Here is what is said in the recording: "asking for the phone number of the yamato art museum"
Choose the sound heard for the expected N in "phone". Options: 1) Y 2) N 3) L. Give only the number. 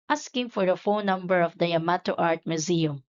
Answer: 3